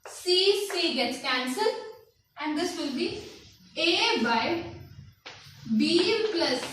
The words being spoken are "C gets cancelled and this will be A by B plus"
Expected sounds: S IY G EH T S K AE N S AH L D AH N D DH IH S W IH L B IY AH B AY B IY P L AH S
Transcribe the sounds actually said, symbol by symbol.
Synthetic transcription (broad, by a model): S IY G EH T S K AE N S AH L AH N D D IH S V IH L B IY AH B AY B IY P L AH S